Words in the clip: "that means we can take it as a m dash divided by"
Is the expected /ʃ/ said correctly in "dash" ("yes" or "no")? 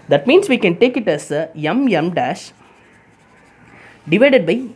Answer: yes